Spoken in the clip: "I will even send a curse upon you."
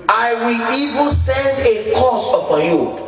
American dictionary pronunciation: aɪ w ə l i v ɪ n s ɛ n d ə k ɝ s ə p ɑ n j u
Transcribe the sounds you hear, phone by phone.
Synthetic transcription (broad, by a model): aɪ w ə l i v ɪ n s ɛ n d ə k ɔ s ə p ɑ n j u